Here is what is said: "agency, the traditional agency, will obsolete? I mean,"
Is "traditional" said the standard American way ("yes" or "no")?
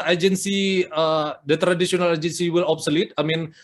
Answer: no